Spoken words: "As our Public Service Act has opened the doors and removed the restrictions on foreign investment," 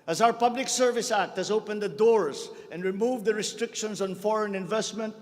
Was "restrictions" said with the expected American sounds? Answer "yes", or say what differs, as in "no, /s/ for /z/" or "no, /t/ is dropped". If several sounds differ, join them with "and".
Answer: no, /s/ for /z/